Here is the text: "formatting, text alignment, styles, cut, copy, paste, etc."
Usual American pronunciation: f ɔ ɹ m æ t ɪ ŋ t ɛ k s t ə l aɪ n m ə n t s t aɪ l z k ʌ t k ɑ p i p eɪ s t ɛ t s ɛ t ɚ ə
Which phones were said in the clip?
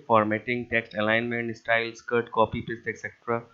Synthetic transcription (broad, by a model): f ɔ ɹ m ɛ t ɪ ŋ t ɛ k s t ə l aɪ n m ə n t s t aɪ l s k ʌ t k ɑ p i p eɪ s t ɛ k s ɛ t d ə